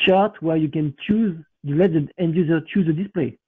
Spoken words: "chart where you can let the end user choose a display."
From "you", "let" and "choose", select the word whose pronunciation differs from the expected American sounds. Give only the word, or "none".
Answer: none